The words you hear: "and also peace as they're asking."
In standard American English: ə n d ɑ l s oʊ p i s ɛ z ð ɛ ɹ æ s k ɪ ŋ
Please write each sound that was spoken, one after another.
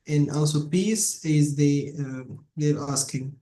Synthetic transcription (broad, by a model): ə n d ɑ l s oʊ p i s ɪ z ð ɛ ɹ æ s k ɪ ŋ